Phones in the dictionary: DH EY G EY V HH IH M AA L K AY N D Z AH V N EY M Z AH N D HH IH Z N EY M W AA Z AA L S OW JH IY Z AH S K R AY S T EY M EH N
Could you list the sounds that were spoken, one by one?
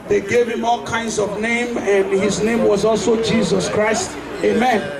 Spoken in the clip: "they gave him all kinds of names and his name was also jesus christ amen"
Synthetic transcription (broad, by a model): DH EY G EY V HH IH M AA L K AY N D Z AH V N EY M AH N D HH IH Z N EY M W AA Z AA L S OW JH IY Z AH S K R AY S T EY M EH N